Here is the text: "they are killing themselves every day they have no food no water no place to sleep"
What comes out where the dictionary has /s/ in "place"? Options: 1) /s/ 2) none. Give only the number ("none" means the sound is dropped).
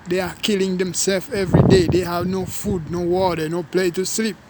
2